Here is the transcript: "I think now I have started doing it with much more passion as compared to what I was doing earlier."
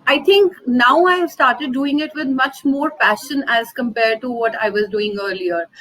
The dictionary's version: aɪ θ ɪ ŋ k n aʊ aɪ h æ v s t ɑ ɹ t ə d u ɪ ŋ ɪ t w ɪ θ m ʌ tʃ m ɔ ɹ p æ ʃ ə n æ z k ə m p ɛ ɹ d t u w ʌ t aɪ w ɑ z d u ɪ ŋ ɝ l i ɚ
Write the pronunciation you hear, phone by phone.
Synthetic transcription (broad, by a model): aɪ t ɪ ŋ k n aʊ aɪ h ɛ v s t ɑ ɹ t ə d u ɪ ŋ ɪ t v ɪ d m ʌ tʃ m ɔ ɹ f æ ʃ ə n æ z k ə m p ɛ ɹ d t u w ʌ t aɪ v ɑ z d u ɪ ŋ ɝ l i ɚ